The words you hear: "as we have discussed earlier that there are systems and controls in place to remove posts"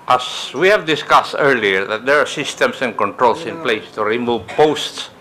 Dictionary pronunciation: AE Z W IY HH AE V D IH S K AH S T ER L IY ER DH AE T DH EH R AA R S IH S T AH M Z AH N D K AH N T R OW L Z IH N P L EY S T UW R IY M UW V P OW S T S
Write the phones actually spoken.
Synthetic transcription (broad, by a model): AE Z W IY HH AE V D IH S K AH S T ER L IY ER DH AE T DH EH R AA R S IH S T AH M S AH N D K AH N T R OW L S IH N P L EY S T UW R IY M UW V P OW S T S